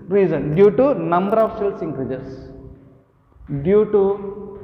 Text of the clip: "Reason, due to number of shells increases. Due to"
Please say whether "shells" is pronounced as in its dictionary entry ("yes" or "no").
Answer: no